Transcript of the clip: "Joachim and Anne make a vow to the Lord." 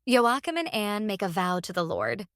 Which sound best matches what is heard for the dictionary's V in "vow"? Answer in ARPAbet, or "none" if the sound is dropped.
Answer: V